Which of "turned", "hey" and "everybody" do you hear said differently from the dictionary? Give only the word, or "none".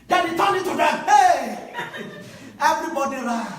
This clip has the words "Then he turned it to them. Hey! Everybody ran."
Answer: turned